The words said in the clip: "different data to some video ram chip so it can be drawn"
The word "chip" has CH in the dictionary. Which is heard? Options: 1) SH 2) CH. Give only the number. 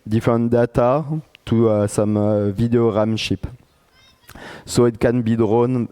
1